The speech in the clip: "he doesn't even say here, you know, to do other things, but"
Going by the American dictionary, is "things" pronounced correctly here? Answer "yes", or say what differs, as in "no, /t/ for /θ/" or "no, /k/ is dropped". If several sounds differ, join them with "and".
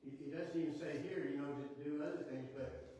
yes